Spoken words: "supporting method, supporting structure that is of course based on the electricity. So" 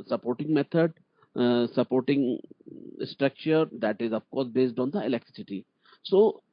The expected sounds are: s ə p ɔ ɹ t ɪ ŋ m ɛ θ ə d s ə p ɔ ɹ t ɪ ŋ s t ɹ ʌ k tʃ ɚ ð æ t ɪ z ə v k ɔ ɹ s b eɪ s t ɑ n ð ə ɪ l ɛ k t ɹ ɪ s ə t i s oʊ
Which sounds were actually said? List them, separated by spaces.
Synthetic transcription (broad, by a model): s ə p ɔ ɹ t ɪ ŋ m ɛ t ə d s ə p ɔ ɹ t ɪ ŋ s t ɹ ʌ k tʃ ɚ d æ t ɪ z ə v k ɔ ɹ s b eɪ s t ɑ n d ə ɪ l ɛ k t ɹ ɪ s ə t i s oʊ